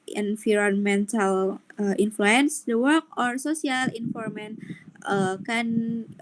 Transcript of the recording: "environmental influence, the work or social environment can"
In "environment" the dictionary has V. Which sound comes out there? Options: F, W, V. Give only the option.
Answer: F